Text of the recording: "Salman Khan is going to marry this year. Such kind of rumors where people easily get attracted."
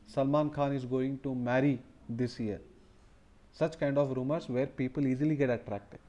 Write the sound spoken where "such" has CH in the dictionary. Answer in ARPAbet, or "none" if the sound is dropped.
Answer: CH